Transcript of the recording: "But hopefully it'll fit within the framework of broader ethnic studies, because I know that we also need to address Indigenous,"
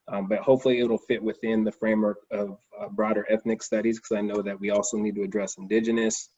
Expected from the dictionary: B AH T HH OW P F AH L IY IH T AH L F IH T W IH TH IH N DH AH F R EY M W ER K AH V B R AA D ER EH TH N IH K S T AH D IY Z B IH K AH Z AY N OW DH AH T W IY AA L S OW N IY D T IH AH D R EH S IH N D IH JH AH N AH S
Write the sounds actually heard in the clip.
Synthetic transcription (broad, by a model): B AH T HH OW P F L IY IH T L F IH T W IH TH IH N DH AH F R EY M W ER K AH V B R AA D ER EH TH N IH K S T AH D IY Z K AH Z AY N OW DH AH T W IY AA L S OW N IY D T IH AH D R EH S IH N D IH JH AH N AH S